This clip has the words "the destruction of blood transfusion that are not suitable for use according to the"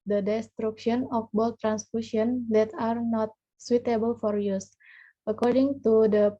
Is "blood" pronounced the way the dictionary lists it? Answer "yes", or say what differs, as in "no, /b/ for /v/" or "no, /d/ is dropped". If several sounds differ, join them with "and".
no, /l/ is dropped